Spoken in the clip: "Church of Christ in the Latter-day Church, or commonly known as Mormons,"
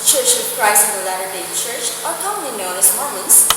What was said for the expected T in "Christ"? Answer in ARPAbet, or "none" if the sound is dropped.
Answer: none